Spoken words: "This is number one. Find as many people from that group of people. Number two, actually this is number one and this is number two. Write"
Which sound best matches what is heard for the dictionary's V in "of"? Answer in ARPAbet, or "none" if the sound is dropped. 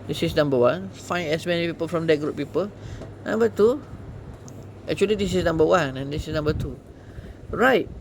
P